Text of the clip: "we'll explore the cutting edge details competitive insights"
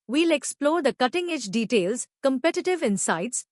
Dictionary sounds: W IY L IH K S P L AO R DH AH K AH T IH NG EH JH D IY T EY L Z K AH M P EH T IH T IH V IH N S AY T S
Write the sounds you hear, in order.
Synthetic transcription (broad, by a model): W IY L IH K S P L AO R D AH K AH T IH NG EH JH D IY T EY L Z K AH M P EH T IH T IH V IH N S AY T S